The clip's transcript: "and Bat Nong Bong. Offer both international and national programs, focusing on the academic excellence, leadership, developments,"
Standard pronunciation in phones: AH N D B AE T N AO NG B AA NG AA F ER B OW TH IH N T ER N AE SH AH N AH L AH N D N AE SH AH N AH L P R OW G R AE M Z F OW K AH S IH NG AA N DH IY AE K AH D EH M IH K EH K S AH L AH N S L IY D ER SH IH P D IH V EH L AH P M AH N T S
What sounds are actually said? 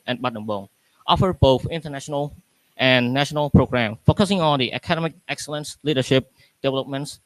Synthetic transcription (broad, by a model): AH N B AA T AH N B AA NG AA F ER B OW TH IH N T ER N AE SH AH N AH L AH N N AE SH AH N AH L P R OW G R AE M F OW K AH S IH NG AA N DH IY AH K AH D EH M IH K EH K S AH L AH N S L IY D ER SH IH P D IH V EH L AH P M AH N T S